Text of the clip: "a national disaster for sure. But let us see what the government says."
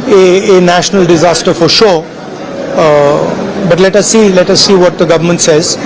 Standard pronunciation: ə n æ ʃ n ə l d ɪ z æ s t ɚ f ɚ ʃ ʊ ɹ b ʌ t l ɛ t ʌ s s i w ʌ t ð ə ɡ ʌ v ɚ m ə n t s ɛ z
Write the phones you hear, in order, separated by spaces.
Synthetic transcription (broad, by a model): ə n æ ʃ n ə l d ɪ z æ s t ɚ f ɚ ʃ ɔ b ʌ t l ɛ t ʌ s s i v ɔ t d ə ɡ ʌ v ɚ m ə n t s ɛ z